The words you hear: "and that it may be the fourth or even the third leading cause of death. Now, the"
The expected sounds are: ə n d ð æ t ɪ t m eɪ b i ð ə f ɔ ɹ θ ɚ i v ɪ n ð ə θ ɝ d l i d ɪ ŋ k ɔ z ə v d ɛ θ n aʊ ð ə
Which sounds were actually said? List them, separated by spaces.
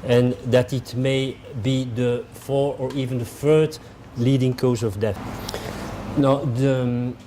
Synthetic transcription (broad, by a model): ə n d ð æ t ɪ t m eɪ b i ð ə f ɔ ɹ ɚ i v ɪ n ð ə f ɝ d l i d ɪ ŋ k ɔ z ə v d ɛ θ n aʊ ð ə